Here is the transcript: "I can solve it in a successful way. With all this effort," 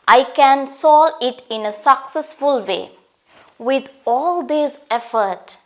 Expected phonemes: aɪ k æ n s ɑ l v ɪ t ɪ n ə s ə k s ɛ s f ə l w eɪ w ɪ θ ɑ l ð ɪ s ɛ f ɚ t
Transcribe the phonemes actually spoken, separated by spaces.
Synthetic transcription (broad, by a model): aɪ k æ n s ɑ l ɪ t ɪ n ə s ə k s ɛ s f ə l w eɪ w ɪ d ɑ l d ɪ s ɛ f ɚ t